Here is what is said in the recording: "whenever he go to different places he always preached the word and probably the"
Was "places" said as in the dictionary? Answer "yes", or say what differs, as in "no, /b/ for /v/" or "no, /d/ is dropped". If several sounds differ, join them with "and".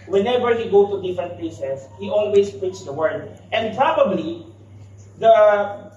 no, /s/ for /z/